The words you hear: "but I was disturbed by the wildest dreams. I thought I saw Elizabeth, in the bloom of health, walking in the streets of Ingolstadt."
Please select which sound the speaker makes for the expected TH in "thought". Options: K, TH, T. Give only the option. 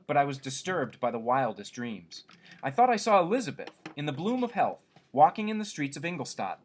TH